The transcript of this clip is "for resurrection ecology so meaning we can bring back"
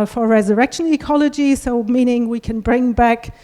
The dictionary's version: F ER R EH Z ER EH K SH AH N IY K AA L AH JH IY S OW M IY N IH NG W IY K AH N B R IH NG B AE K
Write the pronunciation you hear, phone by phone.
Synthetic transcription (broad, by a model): F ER R EH Z ER EH K SH AH N IY K AA L AH JH IY S OW M IY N IH NG W IY K AH N B R IH NG B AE K